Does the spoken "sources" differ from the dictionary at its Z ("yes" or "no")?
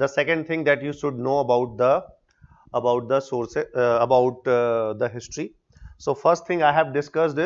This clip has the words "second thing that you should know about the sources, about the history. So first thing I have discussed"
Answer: yes